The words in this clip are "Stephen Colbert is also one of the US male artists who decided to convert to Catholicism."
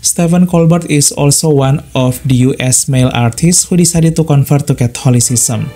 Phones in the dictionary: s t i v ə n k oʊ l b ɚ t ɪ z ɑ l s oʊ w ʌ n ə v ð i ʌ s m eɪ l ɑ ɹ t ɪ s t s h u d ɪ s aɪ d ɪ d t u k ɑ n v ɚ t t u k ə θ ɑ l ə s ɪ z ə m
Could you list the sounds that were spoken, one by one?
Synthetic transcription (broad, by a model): s t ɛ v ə n k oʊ l b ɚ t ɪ s ɑ l s oʊ w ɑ n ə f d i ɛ s m eɪ l ɑ ɹ t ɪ s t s h u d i s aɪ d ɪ t u k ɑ n f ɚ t t u k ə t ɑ l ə s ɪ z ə m